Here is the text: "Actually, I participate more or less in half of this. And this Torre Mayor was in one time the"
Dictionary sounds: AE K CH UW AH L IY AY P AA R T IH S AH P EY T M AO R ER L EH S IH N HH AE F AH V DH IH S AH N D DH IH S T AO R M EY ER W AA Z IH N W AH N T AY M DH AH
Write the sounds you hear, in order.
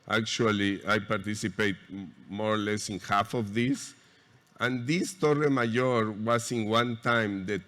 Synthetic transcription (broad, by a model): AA K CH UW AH L IY AY P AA R T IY S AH P EY T M AO R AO L EH S IH N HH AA F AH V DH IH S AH N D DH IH S T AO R M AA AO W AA S IH N W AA N T AY M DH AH